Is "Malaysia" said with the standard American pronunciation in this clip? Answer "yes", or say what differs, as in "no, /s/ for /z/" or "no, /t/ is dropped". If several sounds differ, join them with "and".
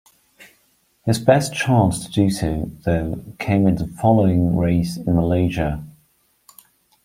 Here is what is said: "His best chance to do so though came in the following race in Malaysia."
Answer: yes